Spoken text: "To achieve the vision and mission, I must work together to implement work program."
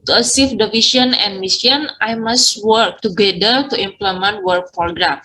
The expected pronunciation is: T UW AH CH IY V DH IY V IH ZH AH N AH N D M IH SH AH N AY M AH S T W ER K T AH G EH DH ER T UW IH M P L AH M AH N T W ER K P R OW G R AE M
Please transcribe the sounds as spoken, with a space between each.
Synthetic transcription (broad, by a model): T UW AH S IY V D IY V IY S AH N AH N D M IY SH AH N AY M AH S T W ER K T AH G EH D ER T UW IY M P L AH M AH N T W ER K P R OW G R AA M